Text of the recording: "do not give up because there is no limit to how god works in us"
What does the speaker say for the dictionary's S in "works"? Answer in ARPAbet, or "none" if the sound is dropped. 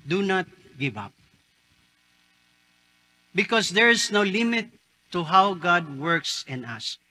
S